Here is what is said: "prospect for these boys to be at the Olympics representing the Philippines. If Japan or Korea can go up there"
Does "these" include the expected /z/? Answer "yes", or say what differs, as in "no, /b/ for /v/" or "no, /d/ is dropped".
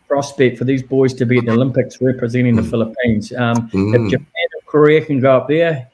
yes